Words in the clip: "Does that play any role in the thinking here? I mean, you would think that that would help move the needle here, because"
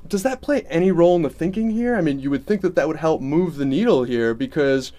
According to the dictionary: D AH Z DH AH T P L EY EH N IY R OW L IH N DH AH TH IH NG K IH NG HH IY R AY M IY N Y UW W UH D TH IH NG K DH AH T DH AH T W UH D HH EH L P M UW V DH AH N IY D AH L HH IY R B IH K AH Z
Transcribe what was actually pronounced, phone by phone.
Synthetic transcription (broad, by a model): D AH Z DH AH T P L EY EH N IY R OW L IH N DH AH TH IH NG K IH NG HH IY R AY M IY N Y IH W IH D TH IH NG K DH AH T DH AH T W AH D HH EH L P M UW V DH AH N IY D L HH IY R B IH K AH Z